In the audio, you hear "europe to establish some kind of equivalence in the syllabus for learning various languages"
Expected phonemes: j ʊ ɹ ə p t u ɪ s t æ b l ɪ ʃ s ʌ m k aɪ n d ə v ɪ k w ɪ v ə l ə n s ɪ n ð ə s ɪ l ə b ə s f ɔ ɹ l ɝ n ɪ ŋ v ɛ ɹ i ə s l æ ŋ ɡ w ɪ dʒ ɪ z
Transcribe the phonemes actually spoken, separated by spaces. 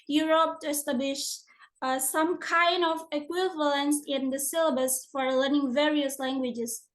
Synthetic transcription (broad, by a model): j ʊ ɹ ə p t u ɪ s t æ b l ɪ ʃ s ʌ m k aɪ n d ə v ɪ k w ɪ v ə l ə n s ɪ n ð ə s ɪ l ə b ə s f ɔ ɹ l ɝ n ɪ ŋ v ɛ ɹ i ə s l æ ŋ ɡ w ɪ dʒ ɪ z